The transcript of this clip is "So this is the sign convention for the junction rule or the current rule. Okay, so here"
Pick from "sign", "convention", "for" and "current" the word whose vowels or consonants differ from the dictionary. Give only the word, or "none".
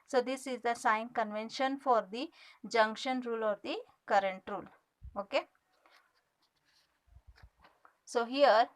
none